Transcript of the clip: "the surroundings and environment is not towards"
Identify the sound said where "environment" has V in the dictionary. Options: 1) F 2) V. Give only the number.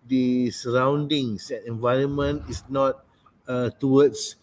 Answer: 2